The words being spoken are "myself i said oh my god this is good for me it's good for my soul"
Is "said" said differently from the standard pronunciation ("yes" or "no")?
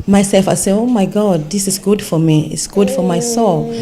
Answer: yes